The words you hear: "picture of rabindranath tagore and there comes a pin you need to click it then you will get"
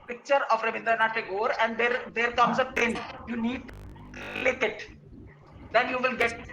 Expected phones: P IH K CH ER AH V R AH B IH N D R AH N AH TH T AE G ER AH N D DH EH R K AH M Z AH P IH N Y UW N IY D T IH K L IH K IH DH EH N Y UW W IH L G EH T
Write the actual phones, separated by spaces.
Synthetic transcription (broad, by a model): P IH K CH ER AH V R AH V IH N D R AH N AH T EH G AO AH N D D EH R K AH M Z AH P IH N Y UW N IY D T IH K IH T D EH N Y UW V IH L G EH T